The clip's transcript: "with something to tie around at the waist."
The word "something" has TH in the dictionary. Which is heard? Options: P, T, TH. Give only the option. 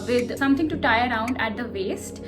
T